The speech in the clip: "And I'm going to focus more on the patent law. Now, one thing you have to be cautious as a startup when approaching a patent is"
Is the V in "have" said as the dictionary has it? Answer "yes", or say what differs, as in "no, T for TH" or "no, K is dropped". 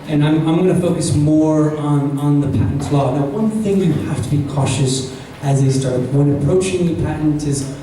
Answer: no, F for V